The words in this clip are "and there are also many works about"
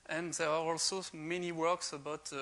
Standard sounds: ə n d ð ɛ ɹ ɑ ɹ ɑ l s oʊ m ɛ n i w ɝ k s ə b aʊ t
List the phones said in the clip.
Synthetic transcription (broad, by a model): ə n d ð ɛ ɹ ɑ ɹ ɑ l s oʊ m ɛ n i w ɝ k s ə b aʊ t